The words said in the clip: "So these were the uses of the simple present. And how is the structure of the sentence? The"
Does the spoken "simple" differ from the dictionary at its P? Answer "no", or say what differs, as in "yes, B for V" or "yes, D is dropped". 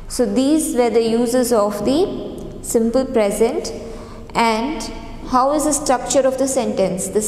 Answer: no